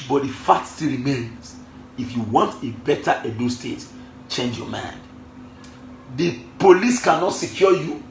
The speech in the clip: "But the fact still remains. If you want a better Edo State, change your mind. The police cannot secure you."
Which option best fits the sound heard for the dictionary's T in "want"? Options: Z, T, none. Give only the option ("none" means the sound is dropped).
T